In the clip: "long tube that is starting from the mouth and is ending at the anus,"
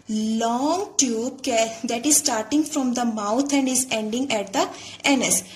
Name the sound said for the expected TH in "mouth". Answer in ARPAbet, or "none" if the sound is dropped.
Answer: T